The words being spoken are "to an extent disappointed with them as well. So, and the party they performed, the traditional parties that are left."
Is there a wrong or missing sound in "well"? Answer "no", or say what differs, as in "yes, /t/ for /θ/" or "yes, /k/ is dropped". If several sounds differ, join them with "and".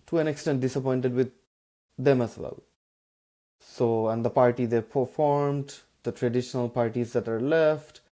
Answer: no